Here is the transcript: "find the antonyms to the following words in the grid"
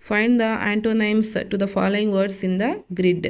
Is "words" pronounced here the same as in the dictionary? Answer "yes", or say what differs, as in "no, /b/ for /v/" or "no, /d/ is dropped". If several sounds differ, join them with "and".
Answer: no, /s/ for /z/